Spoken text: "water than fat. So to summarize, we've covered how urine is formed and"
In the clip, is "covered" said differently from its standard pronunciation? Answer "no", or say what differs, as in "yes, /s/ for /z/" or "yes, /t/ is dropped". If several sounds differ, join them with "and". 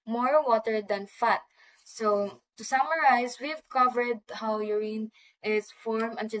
no